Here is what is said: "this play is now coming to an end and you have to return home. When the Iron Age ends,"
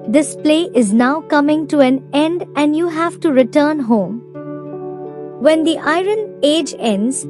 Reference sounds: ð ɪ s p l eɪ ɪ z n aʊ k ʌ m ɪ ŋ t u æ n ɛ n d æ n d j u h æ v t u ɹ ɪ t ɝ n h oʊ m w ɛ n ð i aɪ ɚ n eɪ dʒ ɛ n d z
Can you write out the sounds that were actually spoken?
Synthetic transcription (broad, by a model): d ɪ s p l eɪ ɪ z n aʊ k ʌ m ɪ ŋ t u æ n ɛ n d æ n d j u h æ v t u ɹ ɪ t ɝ n h oʊ m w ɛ n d i aɪ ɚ n eɪ dʒ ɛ n d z